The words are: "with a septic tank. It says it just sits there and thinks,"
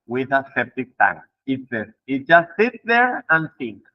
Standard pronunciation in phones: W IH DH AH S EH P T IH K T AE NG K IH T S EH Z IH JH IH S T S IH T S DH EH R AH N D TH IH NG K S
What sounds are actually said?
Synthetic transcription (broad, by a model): W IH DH AH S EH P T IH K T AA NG IH T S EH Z IH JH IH S T S IH T S DH EH R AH N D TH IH NG K